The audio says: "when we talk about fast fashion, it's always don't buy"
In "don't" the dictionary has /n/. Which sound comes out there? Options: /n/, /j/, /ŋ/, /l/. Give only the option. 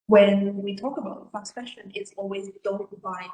/l/